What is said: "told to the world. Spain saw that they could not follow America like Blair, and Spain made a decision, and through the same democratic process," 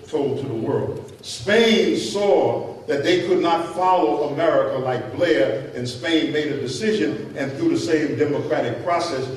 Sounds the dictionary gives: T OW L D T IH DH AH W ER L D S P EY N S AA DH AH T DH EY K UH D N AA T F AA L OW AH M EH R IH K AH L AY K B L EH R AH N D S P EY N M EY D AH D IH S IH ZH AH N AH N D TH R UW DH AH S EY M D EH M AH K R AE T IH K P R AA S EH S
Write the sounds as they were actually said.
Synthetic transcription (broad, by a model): T OW L D T IH DH AH W ER L D S P EY N S AA DH AH T DH EY K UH D N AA T F AA L OW AH M EH R IH K AH L AY K B L EH R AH N S P EY N M EY D AH D IH S IH ZH AH N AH N TH R UW DH AH S EY M D EH M AH K R AE T IH K P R AA S EH S